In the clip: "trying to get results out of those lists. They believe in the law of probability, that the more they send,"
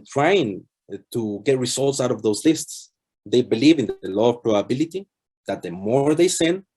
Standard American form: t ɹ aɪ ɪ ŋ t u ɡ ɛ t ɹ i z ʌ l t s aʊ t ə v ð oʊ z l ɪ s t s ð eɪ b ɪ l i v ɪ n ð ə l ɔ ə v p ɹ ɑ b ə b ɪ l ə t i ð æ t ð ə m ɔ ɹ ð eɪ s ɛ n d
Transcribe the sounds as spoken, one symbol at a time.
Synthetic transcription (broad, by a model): t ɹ aɪ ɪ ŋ t u ɡ ɛ t ɹ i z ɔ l t s aʊ t ə v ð oʊ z l ɪ s t s ð eɪ b ɪ l i v ɪ n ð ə l ɔ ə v p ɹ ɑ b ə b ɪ l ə t i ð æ t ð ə m ɔ ɹ ð eɪ s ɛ n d